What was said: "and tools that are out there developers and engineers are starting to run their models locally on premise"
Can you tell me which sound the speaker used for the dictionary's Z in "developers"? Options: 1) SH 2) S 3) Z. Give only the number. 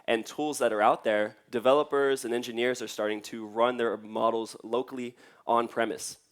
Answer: 3